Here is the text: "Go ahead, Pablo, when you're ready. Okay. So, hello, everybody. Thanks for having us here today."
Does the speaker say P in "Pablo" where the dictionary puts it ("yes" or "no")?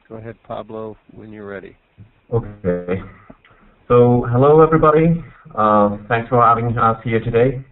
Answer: yes